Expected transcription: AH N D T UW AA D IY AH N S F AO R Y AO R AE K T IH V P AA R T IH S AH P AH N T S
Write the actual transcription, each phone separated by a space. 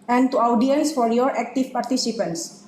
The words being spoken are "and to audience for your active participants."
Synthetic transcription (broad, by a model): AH N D T UW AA D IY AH L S F AO R Y AO R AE K T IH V P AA R T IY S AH P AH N T S